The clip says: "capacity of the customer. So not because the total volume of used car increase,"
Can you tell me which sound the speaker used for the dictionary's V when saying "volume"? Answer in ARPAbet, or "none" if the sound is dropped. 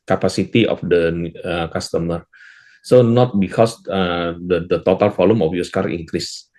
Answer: F